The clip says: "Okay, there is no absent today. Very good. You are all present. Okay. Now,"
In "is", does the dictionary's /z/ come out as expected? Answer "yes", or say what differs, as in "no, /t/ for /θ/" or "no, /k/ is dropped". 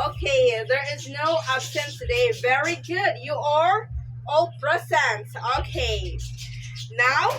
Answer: yes